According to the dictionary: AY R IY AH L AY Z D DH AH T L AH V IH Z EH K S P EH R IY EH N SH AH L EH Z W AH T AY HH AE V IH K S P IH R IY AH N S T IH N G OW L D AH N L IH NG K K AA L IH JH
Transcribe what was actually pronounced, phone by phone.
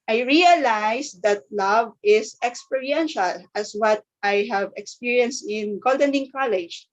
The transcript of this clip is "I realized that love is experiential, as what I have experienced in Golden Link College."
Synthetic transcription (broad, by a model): AY R IY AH L AY S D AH T L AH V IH S EH K S P EH R IY EH N SH AH L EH S W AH T AY HH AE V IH K S P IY R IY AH N S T IH N G OW L D AH N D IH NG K K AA L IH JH